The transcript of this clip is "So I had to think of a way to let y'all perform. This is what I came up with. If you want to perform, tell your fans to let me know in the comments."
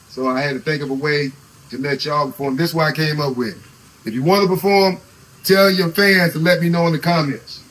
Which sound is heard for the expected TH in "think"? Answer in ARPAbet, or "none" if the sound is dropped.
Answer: TH